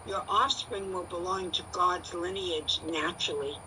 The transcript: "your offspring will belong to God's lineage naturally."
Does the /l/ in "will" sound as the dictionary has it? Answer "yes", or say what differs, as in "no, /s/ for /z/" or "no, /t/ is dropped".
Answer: yes